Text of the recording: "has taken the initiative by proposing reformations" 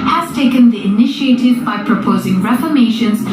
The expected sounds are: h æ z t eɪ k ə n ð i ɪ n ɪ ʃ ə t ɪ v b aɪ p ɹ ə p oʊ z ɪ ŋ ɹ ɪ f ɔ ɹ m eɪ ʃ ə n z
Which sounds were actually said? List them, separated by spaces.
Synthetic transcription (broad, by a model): h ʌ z t eɪ k ə n ð i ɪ n ɪ ʃ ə t ɪ v b aɪ p ɹ ə p oʊ z ɪ ŋ ɹ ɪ f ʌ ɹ m eɪ ʃ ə n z